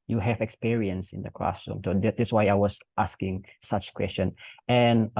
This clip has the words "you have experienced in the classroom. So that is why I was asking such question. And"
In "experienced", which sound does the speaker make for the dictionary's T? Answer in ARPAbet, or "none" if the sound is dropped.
none